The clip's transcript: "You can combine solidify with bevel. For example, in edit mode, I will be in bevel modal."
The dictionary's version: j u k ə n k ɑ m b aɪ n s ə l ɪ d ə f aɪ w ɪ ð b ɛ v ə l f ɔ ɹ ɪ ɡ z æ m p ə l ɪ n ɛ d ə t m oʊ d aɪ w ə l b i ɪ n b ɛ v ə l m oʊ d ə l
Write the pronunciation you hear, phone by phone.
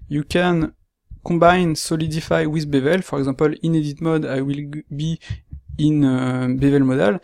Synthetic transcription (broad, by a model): j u k ə n k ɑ b aɪ n s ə l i d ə f aɪ w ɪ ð b ɛ v ə l f ɔ ɹ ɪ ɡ z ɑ p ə l ɪ n ɛ d ə t m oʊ d aɪ w ə l b i ɪ n b ɛ v ə l m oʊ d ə l